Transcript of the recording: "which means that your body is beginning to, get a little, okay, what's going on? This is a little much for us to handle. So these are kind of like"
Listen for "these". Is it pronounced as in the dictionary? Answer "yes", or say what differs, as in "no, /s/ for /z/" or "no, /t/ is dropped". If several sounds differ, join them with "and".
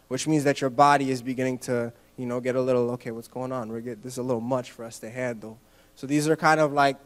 yes